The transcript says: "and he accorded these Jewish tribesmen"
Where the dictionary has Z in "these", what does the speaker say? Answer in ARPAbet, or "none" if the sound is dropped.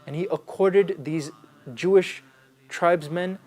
Z